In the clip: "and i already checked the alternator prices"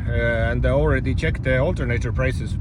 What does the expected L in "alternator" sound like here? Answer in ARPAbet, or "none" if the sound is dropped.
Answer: L